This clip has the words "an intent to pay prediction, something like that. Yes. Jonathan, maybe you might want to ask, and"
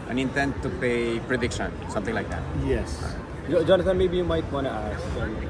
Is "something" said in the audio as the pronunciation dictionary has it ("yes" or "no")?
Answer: no